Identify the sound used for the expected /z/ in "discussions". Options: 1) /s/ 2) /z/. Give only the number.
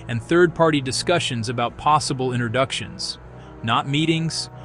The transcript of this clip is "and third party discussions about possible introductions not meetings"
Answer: 2